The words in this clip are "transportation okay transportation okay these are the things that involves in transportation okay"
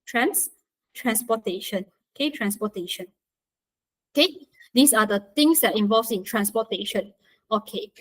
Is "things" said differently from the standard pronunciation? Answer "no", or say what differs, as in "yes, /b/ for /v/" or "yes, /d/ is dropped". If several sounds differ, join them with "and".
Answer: yes, /t/ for /θ/